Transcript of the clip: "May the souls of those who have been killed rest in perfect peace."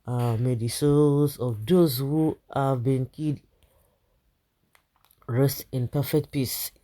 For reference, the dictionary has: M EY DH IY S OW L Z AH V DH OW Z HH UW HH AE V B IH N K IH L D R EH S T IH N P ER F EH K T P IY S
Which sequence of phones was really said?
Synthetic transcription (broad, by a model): M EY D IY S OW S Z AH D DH OW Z HH UW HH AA V B IH N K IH D R EH S T IH N P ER F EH K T P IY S